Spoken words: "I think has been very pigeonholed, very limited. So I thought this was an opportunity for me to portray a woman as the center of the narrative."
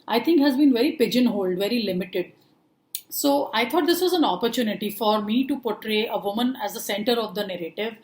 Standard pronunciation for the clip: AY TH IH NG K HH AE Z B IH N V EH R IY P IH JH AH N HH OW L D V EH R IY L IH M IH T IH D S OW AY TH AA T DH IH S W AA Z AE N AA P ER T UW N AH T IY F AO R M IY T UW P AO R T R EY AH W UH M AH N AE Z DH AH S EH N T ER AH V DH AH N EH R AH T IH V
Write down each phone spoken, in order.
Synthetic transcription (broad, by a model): AY T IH NG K HH AE Z B IH N V EH R IY P IH JH AH N HH OW L D V EH R IY L IH M IH T IH D S OW AY T AA T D IH S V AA Z AE N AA P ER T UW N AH T IY F AO R M IY T UW P AO R T R EY AH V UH M AH N AE Z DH AH S EH N T ER AH V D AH N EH R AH T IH V